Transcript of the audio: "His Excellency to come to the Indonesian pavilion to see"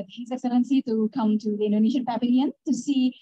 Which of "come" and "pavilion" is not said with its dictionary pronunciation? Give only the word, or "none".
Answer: pavilion